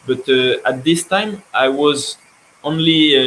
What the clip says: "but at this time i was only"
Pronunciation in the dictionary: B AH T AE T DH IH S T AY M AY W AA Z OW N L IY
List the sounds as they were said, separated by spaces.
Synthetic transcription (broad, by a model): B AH T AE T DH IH S T AY M AY W AA Z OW N L IY